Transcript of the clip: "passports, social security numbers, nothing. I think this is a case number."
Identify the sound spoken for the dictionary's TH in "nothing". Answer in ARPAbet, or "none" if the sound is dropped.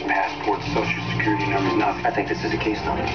F